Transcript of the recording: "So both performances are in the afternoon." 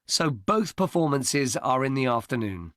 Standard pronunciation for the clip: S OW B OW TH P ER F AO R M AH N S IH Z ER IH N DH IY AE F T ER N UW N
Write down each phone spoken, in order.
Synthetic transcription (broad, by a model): S OW B OW TH P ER F AO M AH N S IH Z ER IH N DH IY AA F T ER N UW N